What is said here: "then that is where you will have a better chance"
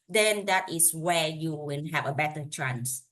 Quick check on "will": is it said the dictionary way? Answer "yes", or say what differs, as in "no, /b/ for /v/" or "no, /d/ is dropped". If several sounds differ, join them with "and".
no, /n/ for /l/